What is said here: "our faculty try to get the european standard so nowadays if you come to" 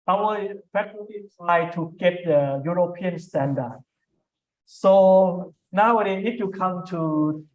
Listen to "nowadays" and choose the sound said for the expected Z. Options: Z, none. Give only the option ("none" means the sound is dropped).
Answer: none